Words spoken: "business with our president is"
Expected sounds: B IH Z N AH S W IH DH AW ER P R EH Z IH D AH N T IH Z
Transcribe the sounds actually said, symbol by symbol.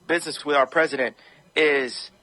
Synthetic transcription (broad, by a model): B IH Z N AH S W IH DH AW ER P R EH Z IH D AH N T IH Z